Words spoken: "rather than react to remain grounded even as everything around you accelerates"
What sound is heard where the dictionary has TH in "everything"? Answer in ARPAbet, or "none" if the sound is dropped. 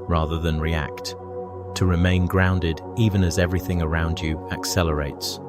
TH